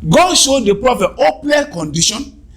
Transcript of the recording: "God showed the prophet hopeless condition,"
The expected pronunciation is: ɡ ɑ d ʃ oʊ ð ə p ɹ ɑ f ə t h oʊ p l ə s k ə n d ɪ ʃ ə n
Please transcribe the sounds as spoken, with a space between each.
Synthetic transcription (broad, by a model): ɡ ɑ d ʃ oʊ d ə p ɹ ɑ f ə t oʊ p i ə k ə n d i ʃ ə n